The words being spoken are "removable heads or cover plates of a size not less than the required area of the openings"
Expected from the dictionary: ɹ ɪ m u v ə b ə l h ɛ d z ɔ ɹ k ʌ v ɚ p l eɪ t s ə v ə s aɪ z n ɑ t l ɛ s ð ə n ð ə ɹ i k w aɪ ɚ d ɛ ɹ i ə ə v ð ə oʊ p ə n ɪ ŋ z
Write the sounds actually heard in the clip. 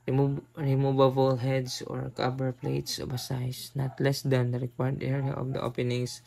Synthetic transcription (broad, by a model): ɹ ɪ m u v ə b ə l h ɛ d s ɔ ɹ k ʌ b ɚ p l eɪ t s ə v ə s aɪ s n ɑ t l ɛ s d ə n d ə ɹ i k w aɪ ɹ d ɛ ɹ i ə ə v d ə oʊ p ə n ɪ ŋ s